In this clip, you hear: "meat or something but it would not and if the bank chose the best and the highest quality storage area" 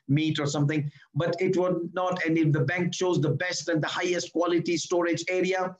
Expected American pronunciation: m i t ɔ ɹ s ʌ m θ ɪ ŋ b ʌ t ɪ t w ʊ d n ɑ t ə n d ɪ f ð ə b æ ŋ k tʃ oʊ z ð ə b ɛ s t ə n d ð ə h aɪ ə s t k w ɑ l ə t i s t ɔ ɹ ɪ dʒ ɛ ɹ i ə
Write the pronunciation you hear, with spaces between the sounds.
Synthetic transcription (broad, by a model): m i t ɔ ɹ s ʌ m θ ɪ ŋ b ʌ t ɪ t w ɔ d n ɑ t ə n d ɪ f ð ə b æ ŋ k tʃ oʊ z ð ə b ɛ s t ə n d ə h aɪ ə s t k w ɑ l ə t i s t ɔ ɹ ɪ dʒ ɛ ɹ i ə